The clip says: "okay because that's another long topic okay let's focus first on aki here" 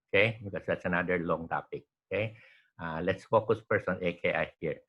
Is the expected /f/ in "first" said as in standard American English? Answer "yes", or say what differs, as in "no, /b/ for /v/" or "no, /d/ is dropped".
no, /p/ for /f/